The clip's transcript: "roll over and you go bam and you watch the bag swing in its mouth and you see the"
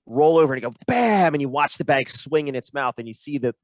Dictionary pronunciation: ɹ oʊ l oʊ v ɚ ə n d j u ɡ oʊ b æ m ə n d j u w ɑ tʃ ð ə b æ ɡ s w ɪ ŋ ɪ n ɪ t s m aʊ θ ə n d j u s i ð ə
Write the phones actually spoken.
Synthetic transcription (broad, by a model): ɹ oʊ l oʊ v ɚ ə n ɡ oʊ b æ m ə n j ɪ w ɑ tʃ ð ə b æ ɡ s w ɪ ŋ ɪ n ɪ t s m aʊ θ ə n j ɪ s i ð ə